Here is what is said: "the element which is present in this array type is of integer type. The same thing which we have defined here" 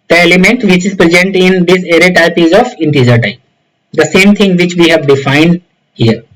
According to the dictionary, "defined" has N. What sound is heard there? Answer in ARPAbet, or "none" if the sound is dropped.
N